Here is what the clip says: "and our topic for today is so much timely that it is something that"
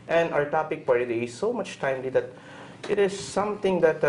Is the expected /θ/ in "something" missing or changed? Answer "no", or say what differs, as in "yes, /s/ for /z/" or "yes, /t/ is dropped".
yes, /t/ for /θ/